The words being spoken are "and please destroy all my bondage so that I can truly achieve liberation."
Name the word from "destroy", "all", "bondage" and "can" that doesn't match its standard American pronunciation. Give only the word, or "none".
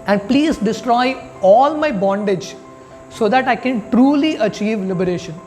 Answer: none